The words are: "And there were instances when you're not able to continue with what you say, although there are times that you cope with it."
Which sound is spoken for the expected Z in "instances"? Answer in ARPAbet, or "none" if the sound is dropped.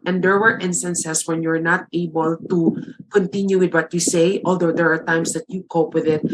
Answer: S